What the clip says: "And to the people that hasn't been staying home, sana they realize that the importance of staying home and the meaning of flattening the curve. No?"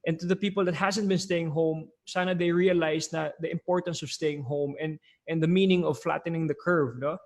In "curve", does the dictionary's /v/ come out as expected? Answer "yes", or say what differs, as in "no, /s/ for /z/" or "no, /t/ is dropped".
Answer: yes